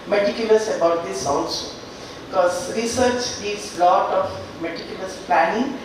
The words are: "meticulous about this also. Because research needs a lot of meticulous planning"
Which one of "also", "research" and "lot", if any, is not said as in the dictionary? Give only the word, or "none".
also